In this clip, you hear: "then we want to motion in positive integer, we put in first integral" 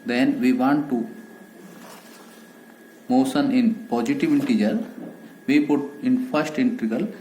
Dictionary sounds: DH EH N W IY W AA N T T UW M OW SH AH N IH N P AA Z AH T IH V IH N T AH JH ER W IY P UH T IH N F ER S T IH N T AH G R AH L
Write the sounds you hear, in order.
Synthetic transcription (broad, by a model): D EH N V IY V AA N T T UW M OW S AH N IH N P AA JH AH T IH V IH N T AH JH ER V IY P UH T IH N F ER S T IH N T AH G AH L